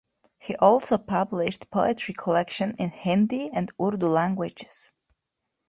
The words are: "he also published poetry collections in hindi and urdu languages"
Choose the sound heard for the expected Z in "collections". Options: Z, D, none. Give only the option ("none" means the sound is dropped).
none